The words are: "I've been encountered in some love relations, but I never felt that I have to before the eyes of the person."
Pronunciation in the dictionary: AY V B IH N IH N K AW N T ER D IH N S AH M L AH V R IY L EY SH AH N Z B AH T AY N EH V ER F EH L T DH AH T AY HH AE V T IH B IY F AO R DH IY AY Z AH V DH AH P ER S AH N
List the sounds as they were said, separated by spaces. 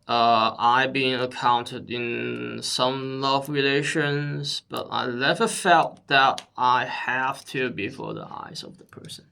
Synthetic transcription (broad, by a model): AY B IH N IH K AW N T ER D IH N S AH M L AH V R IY L EY SH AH N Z B AH T AY L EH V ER F EH L T DH AH T AY HH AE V T IH B IY F AO R DH IY AY Z AH V DH AH P ER S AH N